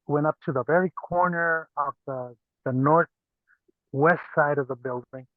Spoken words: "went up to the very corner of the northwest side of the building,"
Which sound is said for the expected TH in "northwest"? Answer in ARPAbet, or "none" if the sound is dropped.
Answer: TH